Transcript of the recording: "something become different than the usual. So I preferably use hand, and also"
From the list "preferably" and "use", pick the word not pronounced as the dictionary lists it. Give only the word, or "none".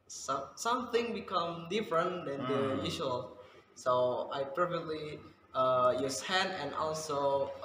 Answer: preferably